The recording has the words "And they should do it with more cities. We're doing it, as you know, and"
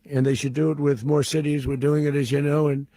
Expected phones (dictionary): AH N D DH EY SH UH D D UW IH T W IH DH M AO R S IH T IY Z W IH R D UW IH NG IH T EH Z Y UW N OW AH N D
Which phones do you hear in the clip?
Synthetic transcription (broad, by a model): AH N DH EY SH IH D D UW IH T W IH DH M AO R S IH T IY Z W IH R D UW IH NG IH T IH Z Y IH N OW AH N